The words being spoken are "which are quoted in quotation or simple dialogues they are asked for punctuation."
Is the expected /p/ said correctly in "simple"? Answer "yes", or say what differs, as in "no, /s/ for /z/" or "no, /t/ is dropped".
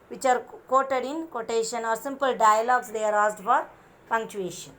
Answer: yes